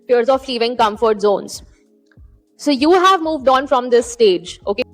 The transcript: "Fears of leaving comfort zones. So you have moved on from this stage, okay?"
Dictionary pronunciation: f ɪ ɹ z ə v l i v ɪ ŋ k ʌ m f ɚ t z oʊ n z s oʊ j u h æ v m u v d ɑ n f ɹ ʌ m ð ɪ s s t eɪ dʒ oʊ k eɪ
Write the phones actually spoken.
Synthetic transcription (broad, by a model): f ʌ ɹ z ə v l i v ɪ ŋ k ʌ m f ɚ t z oʊ n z s oʊ j u h æ v m u v d ɑ n f ɹ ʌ m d ɪ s s t eɪ dʒ oʊ k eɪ